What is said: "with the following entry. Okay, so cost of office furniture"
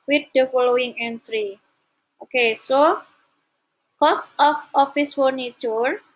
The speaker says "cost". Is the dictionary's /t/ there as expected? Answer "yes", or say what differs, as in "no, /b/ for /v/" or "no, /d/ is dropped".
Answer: yes